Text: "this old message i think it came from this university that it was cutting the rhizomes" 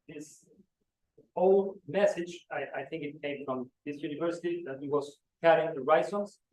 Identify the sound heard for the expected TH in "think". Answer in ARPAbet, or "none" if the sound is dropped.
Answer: TH